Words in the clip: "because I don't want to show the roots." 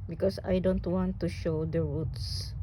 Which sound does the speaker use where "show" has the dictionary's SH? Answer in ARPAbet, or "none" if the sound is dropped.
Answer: SH